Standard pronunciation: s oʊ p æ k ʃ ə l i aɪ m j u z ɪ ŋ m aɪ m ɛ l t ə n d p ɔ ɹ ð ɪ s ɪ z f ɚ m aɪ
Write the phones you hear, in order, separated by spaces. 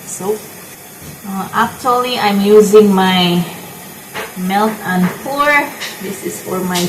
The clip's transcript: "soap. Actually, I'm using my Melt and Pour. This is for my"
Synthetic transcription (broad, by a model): s oʊ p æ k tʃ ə l i aɪ m j u z ɪ ŋ m aɪ m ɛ l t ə n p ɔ ɹ ð ɪ s ɪ z f ɚ m aɪ